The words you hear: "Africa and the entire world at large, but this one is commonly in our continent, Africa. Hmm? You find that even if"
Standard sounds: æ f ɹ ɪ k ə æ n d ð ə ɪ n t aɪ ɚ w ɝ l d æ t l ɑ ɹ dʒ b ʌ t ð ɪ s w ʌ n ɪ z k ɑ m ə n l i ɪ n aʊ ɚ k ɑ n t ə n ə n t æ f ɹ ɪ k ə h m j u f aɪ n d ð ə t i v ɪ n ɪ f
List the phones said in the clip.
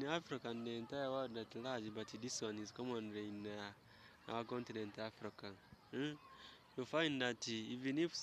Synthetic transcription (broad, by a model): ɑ f ɹ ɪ k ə n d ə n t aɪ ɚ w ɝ d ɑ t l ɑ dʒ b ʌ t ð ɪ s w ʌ n ɪ z k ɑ m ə n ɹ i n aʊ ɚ k ɑ n t ə n ə n t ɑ f ɹ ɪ k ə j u f aɪ n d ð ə t i v ɪ n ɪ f